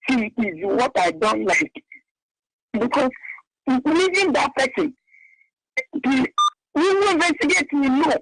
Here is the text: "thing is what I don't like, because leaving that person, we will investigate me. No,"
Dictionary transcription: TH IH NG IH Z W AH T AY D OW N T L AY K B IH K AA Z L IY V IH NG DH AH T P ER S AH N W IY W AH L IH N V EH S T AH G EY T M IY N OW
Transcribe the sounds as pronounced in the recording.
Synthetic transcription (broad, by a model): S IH IH Z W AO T AY D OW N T L AY K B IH K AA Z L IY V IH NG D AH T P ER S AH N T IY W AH W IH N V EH S T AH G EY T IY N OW